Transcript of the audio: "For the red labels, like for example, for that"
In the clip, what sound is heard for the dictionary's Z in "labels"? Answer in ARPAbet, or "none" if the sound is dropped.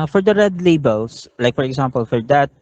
S